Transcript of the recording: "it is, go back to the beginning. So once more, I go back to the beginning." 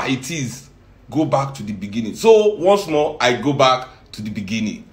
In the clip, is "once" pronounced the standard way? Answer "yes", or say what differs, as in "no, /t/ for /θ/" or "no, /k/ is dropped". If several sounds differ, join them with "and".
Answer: yes